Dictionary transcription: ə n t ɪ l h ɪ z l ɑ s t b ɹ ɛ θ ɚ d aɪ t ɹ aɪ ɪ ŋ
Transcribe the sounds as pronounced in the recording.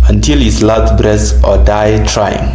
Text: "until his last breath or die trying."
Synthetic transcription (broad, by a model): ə n t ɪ l h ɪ s l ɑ t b ɹ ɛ s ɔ d aɪ t ɹ aɪ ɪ ŋ